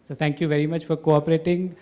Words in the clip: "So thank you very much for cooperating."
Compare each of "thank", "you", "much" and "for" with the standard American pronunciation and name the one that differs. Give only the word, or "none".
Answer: thank